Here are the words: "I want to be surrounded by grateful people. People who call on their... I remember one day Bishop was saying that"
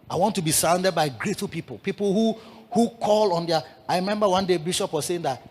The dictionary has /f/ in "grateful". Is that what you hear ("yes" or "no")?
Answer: no